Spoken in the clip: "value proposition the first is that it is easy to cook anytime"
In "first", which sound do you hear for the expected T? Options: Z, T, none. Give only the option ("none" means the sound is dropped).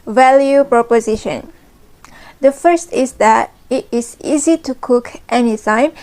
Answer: T